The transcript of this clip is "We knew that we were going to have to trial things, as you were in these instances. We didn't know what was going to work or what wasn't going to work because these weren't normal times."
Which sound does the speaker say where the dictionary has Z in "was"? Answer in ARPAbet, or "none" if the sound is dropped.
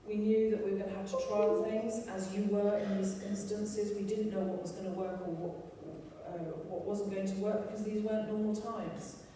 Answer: Z